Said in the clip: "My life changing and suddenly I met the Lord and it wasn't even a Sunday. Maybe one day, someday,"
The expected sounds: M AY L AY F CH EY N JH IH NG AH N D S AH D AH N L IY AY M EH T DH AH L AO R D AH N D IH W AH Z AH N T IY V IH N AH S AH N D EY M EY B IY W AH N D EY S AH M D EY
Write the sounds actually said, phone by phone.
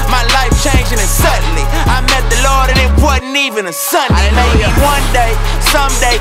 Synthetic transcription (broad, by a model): M AY L AY F CH EY N JH IH NG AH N S AH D N L IY AY M EH T DH AH L AO R D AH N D IH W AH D N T IY V IH N AH S AH N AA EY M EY IY W AH N D EY S AH M D EY